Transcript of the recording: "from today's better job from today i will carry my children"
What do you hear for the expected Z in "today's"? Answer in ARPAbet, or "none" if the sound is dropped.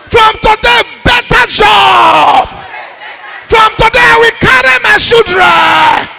none